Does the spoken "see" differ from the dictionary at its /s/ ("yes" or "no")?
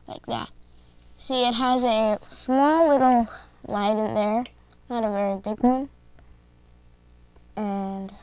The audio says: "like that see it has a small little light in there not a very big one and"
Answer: yes